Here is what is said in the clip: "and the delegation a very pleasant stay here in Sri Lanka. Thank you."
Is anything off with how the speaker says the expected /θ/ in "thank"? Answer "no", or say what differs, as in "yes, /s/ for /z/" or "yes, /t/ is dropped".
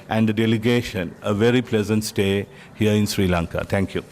yes, /t/ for /θ/